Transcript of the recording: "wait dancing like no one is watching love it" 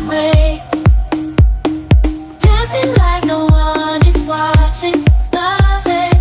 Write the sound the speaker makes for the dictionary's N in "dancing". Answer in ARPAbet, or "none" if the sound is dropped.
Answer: none